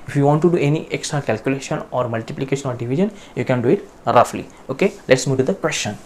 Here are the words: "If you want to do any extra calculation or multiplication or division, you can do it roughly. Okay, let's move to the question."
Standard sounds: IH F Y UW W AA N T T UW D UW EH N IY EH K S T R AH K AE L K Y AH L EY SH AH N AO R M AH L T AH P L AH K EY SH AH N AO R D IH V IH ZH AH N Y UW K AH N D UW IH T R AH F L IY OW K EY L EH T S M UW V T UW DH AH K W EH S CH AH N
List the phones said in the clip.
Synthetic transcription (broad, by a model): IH F Y UW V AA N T T UW D UW EH N IY EH K S T R AH K AE L K Y AH L EY SH AH N AO R M AH L T AH P L AH K EY SH AH N AO R D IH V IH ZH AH N Y UW K AH N D UW IH T R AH F L IY OW K EY L EH T S M UW V T UW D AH K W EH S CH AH N